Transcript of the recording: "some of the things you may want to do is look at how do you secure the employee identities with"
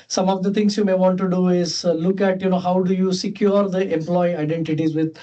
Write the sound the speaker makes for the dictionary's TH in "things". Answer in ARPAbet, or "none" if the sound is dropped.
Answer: T